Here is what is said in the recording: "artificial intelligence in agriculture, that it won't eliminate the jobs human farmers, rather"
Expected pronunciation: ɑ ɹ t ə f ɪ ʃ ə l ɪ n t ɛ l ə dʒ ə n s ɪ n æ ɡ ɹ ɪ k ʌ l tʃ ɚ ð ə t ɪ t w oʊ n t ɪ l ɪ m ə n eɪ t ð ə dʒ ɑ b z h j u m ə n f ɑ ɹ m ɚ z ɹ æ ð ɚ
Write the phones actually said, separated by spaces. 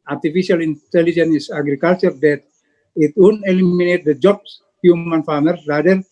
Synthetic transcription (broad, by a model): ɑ ɹ t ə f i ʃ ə l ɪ n t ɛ l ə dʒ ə n ɪ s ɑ ɡ ɹ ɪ k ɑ l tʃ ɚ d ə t ɪ t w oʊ n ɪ l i m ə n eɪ t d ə dʒ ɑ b s h j u m ə n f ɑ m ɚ ɹ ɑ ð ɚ